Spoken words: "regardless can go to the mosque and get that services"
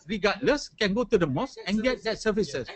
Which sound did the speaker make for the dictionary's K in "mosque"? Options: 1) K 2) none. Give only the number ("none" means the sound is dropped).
2